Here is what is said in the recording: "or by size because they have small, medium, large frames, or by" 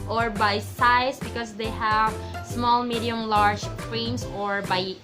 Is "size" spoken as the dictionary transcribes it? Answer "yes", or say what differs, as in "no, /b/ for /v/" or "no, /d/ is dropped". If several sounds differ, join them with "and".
no, /s/ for /z/